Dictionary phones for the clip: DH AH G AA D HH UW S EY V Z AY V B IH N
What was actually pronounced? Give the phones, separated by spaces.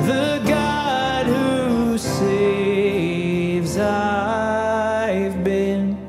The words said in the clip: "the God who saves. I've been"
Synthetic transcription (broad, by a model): DH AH G AA D HH UW S EY V Z AY V B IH N